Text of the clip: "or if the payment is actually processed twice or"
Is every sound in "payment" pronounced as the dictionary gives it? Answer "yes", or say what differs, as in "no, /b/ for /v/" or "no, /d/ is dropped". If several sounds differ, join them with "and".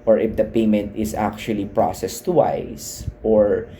yes